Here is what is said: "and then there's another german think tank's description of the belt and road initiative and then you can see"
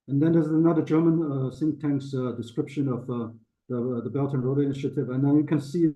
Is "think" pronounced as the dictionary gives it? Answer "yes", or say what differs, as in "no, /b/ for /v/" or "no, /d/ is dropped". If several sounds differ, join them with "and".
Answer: no, /s/ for /θ/